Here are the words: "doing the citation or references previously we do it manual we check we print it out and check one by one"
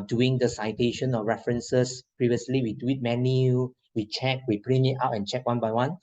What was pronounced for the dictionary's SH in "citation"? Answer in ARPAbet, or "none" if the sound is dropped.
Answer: SH